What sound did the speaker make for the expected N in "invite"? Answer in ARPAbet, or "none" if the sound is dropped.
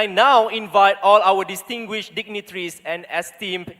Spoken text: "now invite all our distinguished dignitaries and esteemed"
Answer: N